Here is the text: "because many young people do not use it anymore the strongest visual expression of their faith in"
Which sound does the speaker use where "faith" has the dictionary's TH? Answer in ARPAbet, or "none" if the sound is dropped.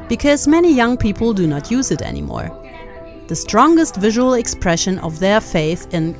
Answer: TH